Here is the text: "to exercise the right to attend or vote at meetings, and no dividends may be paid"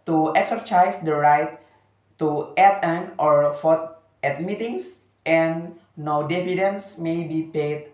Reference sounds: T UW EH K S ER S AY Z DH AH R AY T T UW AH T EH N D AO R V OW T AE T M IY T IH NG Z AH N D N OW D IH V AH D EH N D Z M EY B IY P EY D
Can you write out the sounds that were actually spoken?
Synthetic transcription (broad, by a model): T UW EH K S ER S AY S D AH R AY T T UW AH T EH N AO R F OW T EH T M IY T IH NG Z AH N N OW D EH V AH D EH N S M EY B IY P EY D